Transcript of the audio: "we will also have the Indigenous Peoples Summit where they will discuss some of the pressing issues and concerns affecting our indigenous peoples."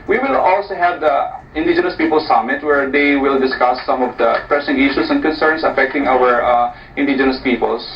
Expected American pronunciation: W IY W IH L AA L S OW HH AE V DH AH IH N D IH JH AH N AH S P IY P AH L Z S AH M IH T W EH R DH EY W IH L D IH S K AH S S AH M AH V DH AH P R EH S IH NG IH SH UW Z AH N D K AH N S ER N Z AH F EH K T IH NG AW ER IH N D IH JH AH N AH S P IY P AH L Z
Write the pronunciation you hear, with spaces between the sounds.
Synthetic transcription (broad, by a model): W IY W IH L AA L S OW HH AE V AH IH N D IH JH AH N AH S P IY P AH L S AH M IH T W EH R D EY W IH L D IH S K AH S S AH M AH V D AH P R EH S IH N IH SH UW S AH N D K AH N S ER N S AH F EH K T IH NG AW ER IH N D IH JH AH N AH S P IY P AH L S